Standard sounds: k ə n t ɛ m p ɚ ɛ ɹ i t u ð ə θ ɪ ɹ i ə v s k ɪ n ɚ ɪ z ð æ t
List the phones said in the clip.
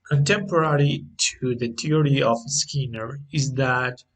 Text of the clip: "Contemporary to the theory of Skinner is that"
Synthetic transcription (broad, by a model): k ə n t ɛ m p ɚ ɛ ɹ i t u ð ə t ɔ ɹ i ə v s k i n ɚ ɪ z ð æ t